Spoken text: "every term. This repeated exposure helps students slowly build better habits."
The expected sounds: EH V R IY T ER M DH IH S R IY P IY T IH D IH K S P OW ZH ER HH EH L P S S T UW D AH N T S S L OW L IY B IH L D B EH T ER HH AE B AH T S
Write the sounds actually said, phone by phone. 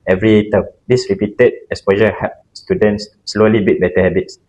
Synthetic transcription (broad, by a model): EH V R IY T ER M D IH S R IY P IY T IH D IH S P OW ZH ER HH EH P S S T UW D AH N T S S L OW L IY B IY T B EH T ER HH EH B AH T S